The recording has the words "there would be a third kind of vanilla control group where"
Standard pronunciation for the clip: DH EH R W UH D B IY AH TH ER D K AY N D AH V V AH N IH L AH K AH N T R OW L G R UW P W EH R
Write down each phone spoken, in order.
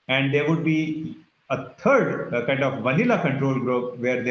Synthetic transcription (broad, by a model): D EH R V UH D B IY AH T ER D K AY N D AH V V AH N IH L AH K AH N T R OW L G R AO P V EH R